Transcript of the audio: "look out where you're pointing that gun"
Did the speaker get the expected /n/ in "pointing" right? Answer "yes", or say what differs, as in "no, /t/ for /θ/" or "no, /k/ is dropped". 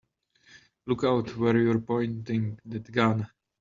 yes